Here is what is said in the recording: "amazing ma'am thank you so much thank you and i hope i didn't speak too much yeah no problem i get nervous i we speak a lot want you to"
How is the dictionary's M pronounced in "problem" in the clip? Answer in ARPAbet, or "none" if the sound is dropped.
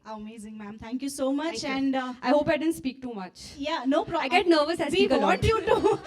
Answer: none